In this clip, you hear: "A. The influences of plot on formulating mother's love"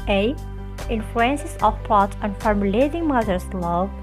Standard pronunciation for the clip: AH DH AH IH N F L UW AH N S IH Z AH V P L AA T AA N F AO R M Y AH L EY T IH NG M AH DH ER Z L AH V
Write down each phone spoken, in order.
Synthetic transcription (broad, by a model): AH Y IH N F L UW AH N S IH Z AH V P AA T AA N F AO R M L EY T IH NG M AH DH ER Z L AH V